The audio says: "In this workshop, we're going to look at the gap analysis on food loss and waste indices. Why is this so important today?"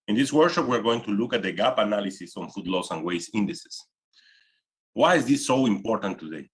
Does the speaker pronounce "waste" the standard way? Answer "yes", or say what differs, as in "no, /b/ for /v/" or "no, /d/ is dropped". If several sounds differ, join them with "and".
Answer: no, /t/ is dropped